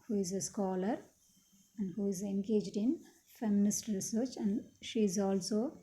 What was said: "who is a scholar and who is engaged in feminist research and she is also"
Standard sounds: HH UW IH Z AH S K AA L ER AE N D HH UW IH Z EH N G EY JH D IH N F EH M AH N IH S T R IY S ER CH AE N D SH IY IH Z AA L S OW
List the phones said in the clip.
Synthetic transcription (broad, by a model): HH UW IH Z AH S K AA L ER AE N D HH UW IH Z EH N G EY JH D IH N F EH M AH N IH S T R IY S ER CH AE N D SH IY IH Z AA L S OW